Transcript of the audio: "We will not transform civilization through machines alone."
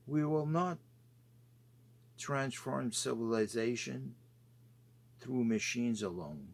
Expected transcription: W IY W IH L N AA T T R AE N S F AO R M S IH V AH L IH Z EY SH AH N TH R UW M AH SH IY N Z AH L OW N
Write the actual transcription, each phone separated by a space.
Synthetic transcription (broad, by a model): W IY W IH L N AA T T R AE N S F AO R M S IH V AH L IH Z EY SH AH N TH R UW M AH SH IY N Z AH L OW N